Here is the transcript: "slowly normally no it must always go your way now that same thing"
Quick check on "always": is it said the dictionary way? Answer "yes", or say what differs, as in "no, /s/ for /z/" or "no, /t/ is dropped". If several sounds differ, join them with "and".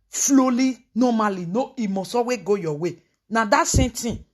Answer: no, /l/ is dropped and /z/ is dropped